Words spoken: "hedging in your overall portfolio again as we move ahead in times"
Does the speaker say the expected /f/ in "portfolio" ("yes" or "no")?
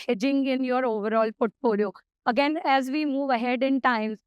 no